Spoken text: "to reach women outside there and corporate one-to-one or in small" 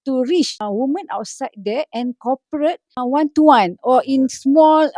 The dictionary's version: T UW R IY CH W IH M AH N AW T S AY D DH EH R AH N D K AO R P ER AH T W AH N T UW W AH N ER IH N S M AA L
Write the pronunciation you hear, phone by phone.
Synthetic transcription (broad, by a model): T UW R IY CH W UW M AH N AW T S AY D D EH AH N K AO P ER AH T W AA N T UW W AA N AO IH N S M AA L